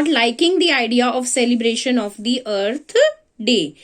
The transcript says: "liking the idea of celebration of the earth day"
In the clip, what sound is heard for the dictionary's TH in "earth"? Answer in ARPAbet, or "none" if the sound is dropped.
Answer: T